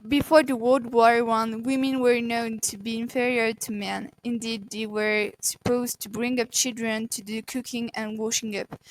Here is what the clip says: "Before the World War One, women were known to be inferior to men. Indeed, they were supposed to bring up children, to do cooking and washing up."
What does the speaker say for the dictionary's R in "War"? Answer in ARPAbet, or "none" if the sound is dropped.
R